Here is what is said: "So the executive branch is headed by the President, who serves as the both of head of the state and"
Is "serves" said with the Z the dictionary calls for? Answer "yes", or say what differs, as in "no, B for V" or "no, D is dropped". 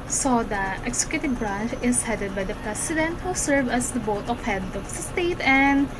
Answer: no, Z is dropped